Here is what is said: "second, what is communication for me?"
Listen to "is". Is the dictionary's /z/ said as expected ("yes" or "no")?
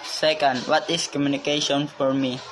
no